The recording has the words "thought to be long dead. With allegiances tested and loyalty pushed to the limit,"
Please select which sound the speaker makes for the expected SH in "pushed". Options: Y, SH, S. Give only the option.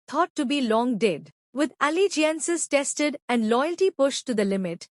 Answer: SH